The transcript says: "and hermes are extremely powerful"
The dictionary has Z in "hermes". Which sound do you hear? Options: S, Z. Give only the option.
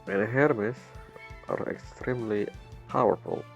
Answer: S